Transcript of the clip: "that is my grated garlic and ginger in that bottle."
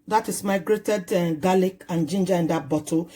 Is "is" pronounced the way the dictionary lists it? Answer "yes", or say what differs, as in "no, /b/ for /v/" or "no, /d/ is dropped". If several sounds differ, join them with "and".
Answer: no, /s/ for /z/